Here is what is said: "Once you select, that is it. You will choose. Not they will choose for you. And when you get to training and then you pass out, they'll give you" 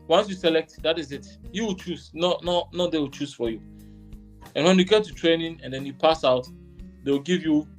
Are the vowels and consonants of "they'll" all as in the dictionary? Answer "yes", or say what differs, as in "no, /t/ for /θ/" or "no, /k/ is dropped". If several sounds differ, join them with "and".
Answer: no, /w/ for /l/